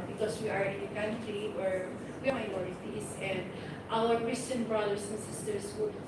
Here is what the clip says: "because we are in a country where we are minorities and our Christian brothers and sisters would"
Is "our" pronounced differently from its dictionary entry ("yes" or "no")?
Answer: yes